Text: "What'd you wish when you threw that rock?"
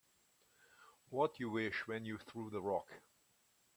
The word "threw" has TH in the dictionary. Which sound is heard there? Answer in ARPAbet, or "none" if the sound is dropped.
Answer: TH